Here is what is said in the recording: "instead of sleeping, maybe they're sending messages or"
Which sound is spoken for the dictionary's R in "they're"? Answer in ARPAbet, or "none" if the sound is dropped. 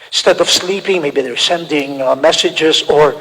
R